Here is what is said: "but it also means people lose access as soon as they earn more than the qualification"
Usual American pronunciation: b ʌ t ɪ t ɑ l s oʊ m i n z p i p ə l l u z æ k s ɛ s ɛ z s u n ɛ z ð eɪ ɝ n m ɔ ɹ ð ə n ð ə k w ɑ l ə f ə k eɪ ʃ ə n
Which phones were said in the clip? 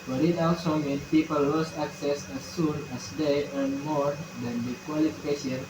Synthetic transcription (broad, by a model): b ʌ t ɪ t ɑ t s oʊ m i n p i p ə l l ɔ s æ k s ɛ s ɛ s u n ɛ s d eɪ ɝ n m ɔ ɹ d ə n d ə k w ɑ l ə f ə k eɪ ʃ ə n